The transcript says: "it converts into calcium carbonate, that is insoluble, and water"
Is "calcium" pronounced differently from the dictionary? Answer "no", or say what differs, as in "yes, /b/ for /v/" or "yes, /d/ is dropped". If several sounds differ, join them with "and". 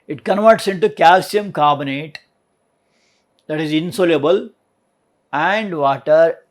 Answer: no